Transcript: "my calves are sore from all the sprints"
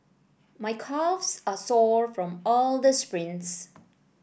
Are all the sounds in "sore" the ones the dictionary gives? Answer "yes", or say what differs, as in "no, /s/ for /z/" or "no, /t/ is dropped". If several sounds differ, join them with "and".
yes